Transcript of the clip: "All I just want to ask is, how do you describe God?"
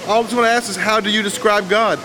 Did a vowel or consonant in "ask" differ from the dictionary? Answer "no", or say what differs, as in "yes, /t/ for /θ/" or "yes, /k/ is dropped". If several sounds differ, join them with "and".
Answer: no